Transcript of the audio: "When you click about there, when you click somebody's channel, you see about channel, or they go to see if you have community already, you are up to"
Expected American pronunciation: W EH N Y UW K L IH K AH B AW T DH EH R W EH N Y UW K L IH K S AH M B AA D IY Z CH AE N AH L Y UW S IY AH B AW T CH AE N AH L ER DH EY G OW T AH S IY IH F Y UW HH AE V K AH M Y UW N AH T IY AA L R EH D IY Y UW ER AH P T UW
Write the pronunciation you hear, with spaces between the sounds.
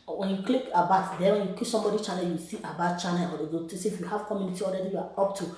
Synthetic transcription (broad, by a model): W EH N Y UW K L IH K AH B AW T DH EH W EH N Y UW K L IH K S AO M B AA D IY CH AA N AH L Y UW S IY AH B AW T CH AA N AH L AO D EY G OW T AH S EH IH F Y UW HH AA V K AH M Y UW N AH T IY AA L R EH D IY Y UW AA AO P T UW